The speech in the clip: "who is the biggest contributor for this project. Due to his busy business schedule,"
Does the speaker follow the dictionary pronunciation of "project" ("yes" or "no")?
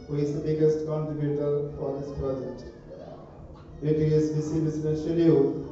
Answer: yes